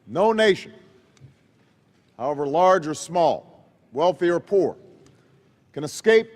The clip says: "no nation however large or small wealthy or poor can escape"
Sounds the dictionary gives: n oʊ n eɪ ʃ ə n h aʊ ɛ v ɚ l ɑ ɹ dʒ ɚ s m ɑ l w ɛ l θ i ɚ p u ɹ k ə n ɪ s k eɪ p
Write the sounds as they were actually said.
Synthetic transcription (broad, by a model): n oʊ n eɪ ʃ ə n h aʊ ɛ v ɚ l ɑ ɹ dʒ ɚ s m ɑ l w ɛ l θ i ɚ p u ɹ k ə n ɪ s k eɪ p